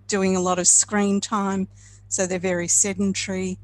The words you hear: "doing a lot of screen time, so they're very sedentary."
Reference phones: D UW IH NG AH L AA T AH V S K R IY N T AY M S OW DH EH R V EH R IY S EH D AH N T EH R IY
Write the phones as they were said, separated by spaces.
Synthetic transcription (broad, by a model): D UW IH NG AH L AA T AH V S K R IY N T AY M S OW DH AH R V EH R IY S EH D N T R IY